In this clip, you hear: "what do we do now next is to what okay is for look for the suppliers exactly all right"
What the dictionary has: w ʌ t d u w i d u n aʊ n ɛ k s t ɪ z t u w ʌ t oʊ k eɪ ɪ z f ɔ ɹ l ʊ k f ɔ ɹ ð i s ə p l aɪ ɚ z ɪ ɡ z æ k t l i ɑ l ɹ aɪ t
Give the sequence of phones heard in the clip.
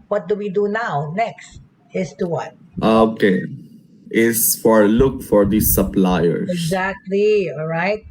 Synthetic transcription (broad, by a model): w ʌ t d u w i d u n aʊ n ɛ k s t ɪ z t u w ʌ t oʊ k eɪ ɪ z f ɔ ɹ l ʊ k f ɔ ɹ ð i s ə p l aɪ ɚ ɪ ɡ z æ k t l i ɑ l ɹ aɪ t